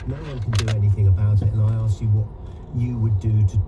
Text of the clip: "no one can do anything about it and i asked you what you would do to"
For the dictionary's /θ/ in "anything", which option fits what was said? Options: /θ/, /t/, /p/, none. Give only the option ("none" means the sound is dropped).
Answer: /θ/